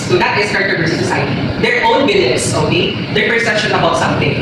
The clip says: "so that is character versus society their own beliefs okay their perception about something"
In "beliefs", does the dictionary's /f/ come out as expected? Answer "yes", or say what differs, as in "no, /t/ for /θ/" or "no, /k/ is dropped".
no, /f/ is dropped